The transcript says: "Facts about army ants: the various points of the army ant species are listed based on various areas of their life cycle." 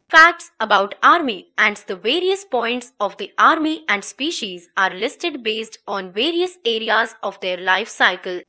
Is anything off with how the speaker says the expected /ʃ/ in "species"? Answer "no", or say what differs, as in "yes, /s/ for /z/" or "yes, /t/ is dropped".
no